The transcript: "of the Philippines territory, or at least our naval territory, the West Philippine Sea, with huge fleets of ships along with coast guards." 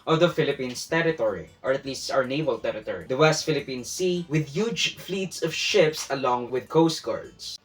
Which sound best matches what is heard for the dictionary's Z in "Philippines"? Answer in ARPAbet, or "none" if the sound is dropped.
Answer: S